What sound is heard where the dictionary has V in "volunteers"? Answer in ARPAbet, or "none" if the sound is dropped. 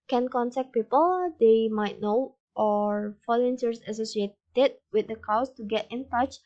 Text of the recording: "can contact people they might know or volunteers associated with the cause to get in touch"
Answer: F